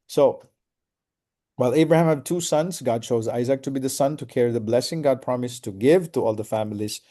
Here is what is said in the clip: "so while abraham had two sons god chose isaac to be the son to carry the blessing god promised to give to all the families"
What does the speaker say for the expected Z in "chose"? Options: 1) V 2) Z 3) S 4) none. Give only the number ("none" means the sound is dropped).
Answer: 2